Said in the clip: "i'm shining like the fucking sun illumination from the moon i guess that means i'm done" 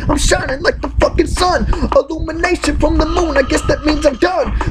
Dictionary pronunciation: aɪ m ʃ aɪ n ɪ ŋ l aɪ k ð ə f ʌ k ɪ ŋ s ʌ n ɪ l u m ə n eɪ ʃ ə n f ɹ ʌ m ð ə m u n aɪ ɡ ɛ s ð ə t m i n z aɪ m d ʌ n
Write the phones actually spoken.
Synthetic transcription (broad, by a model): aɪ m ʃ aɪ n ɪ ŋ l aɪ k ð ə f ʌ k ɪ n s ʌ n ɪ l u m ə n eɪ ʃ ə n f ɹ ʌ m ð ə m u n aɪ ɡ ɛ s ð ə t m i n z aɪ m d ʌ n